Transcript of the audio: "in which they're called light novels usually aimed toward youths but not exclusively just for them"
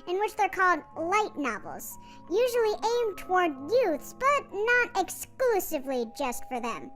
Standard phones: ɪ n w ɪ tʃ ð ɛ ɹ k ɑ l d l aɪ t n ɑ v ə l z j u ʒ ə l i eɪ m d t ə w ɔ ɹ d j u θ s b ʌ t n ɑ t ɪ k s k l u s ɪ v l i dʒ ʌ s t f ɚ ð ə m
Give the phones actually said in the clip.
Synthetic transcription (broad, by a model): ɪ n w ɪ tʃ ð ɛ ɹ k ɑ l d l aɪ t n ɑ v l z j u ʒ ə l i eɪ m t ə w ɔ ɹ d j u θ s b ʌ t n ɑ t ɪ k s k l u s ɪ v l i dʒ ʌ s t f ɚ ð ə m